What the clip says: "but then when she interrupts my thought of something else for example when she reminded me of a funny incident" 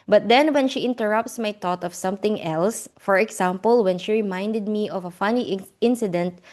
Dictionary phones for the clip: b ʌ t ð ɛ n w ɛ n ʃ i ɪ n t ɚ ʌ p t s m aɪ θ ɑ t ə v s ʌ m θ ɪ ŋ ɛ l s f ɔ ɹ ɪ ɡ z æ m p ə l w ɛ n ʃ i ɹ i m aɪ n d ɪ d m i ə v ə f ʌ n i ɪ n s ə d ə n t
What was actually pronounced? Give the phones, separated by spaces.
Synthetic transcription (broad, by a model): b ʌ t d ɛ n w ɛ n ʃ i ɪ n t ɚ ʌ p t s m aɪ t ɑ t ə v s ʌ m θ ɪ ŋ ɛ l s f ɔ ɹ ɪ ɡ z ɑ m p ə l w ɛ n ʃ i ɹ i m aɪ n d ɪ d m i ə v ə f ʌ n i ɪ n s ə d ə n t